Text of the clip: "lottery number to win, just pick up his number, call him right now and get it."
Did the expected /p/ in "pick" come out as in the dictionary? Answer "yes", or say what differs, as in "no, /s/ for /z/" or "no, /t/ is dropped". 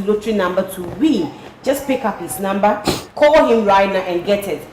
yes